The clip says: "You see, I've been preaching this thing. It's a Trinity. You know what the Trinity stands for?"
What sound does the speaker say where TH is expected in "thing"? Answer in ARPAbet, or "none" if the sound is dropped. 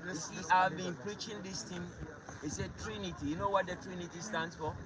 T